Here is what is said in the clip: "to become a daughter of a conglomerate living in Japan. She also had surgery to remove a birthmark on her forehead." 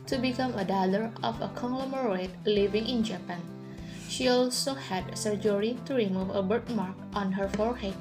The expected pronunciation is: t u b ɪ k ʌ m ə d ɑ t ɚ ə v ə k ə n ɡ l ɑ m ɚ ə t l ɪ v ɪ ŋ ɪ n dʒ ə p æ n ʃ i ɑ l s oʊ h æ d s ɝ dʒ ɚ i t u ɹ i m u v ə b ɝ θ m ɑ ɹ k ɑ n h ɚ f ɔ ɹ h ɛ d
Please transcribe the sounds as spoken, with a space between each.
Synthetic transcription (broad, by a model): t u b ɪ k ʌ m ə d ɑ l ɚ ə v ə k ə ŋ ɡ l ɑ m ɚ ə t l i v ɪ ŋ ɪ n dʒ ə p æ n ʃ i ɑ l s oʊ h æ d s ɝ dʒ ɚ i t u ɹ i m u v ə b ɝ t m ɑ ɹ k ɑ n h ɚ f ɔ ɹ h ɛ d